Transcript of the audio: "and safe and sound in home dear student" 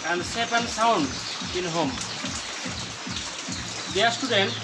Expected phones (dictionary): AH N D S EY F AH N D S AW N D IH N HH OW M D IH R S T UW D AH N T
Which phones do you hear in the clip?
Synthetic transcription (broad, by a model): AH N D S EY P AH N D S AW N D IH N HH OW M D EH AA S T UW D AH N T